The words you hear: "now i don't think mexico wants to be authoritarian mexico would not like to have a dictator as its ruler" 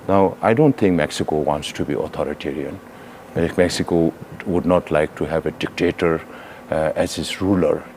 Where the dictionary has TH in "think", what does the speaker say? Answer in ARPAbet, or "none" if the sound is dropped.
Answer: T